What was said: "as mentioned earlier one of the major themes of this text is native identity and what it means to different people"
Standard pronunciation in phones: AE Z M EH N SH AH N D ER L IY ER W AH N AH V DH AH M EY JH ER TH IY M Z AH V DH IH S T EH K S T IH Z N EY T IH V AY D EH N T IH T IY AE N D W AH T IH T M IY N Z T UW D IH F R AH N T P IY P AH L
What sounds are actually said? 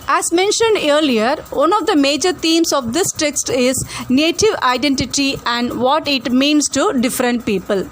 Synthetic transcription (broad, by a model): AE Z M EH N SH AH N D ER L IY ER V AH N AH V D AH M EY JH ER T IY M S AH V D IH S T EH K S T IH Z N EY T IH V AY D EH N T IH T IY AE N D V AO T IH T M IY N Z T UW D IH F R AH N T P IY P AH L